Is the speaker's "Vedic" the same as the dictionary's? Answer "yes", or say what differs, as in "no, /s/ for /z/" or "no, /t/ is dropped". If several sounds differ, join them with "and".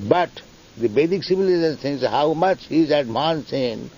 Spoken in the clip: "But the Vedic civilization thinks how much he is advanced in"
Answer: no, /b/ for /v/